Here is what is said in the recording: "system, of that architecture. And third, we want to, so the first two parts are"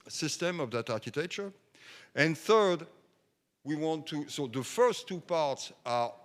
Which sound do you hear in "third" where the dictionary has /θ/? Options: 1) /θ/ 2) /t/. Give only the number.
1